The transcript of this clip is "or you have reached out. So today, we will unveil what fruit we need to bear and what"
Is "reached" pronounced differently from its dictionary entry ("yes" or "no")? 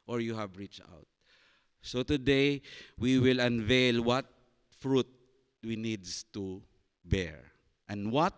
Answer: no